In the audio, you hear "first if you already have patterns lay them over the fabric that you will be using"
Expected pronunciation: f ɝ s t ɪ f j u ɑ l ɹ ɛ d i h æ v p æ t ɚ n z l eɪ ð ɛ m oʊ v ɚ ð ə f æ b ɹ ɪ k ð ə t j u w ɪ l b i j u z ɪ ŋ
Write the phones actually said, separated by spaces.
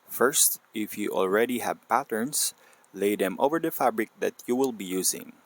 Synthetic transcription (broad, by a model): f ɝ s t ɪ f j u ɑ l ɹ ɛ d i h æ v p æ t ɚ n s l eɪ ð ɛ m oʊ v ɚ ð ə f æ b ɹ ɪ k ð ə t j u w ɪ l b i j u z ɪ ŋ